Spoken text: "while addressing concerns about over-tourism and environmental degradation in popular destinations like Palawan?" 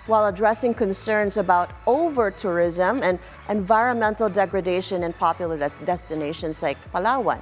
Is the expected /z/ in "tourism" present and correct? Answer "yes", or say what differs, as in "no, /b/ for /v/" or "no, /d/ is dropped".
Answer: yes